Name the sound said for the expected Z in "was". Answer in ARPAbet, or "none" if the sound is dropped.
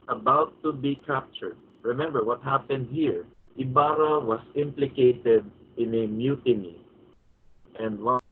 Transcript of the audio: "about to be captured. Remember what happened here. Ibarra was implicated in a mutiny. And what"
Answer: S